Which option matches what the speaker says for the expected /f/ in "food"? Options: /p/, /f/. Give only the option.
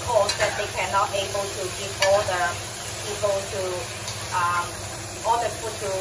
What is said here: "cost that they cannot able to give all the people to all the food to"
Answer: /p/